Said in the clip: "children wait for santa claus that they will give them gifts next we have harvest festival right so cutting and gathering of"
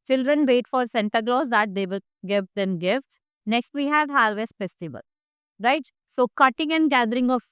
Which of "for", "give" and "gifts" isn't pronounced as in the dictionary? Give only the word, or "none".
none